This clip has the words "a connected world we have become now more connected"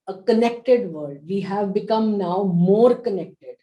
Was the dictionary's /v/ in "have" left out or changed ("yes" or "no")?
no